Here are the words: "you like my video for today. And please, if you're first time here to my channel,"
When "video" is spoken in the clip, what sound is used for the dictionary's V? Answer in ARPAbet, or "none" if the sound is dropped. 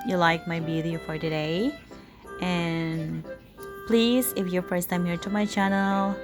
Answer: B